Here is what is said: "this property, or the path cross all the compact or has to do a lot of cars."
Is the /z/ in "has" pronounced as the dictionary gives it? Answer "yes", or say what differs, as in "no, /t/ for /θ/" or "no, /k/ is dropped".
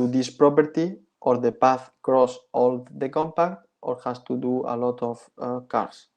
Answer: no, /s/ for /z/